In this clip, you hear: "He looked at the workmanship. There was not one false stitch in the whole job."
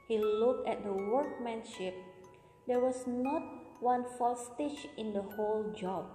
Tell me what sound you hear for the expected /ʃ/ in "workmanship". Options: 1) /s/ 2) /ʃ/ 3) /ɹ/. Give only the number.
2